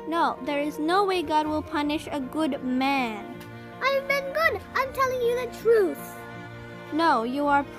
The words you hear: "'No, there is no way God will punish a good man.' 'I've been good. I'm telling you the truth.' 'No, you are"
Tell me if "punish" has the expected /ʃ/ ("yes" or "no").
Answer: yes